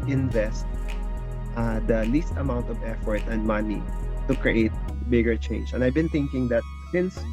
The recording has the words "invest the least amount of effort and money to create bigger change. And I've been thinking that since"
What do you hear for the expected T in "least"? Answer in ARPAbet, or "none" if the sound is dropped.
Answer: T